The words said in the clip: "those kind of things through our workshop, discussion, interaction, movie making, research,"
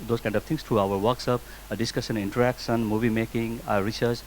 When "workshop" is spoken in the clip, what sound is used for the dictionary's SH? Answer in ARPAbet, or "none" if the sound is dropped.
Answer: S